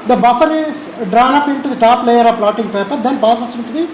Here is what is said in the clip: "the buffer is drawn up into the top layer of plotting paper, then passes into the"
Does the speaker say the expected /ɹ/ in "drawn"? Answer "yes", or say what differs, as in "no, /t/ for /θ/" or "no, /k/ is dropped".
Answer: yes